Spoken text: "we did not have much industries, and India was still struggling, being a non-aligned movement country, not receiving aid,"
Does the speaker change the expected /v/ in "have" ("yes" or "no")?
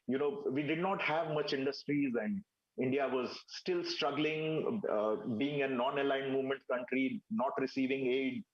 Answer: no